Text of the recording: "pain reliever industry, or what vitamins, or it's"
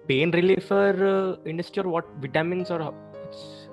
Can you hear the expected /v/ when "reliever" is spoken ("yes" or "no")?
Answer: no